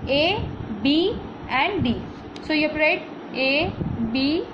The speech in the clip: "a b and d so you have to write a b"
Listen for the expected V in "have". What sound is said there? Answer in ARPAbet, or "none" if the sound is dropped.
P